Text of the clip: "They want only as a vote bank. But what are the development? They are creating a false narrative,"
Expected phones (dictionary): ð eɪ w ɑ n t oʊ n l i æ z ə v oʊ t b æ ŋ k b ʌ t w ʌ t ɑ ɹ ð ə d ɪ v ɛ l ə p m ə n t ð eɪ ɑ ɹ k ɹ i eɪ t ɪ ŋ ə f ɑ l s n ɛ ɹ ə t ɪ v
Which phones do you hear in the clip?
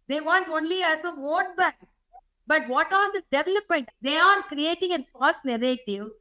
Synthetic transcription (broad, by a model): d eɪ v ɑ n t oʊ n l i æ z ə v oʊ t b æ ŋ k b ʌ t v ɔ t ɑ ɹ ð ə d ɪ v ɛ l ə p m ə n t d eɪ ɑ ɹ k ɹ i eɪ t ɪ ŋ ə p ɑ s n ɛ ɹ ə t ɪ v